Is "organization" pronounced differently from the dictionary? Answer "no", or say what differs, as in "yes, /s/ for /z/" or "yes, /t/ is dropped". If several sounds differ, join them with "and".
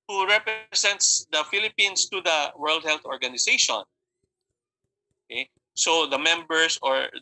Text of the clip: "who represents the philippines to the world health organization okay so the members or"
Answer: yes, /s/ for /z/